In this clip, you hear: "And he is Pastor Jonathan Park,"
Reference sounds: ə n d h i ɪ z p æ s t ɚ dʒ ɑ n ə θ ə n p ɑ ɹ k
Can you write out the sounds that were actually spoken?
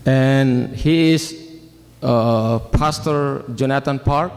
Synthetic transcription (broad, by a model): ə n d h i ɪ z p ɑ s t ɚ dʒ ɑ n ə t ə n p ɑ ɹ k